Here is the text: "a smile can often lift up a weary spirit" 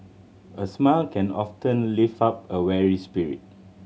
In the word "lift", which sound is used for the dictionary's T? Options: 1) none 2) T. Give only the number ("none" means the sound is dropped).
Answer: 1